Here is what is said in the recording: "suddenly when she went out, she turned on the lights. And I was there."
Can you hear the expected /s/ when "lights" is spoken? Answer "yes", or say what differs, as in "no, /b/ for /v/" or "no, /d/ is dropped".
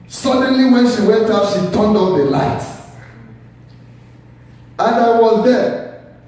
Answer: no, /s/ is dropped